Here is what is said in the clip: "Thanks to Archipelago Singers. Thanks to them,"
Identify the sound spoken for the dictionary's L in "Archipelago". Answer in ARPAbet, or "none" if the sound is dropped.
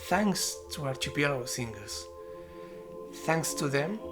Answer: none